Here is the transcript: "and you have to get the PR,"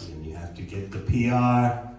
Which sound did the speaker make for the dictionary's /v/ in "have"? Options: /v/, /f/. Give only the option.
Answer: /f/